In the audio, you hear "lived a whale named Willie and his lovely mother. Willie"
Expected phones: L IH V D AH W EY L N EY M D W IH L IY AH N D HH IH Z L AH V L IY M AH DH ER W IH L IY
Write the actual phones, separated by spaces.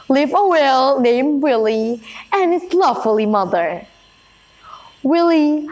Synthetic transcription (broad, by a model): L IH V AH W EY L N EY M D W IH L IY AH N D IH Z L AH F L IY M AH DH ER W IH L IY